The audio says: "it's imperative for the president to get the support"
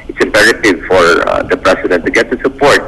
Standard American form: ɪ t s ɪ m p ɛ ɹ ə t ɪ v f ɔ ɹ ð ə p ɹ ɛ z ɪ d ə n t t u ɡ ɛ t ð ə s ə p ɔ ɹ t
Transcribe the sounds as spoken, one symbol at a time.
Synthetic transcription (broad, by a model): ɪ t s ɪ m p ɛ ɹ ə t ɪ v f ɔ ɹ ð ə p ɹ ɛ s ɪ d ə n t t u ɡ ɛ t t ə s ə p ɔ ɹ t